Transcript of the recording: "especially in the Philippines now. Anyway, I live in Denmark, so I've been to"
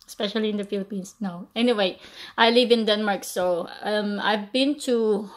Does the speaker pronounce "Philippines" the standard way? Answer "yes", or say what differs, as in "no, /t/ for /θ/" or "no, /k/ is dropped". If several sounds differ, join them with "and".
no, /s/ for /z/